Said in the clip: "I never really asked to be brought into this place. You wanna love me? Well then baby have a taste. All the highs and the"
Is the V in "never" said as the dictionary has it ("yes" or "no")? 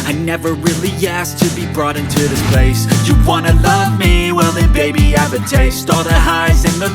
yes